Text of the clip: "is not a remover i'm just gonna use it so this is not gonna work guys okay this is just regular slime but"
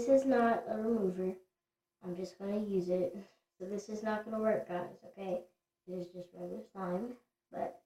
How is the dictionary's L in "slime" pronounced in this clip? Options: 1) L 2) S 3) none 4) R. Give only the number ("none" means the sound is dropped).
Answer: 3